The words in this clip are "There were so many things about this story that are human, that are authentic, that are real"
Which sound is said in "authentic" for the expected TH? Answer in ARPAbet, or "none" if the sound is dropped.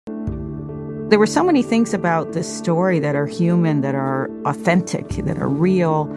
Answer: TH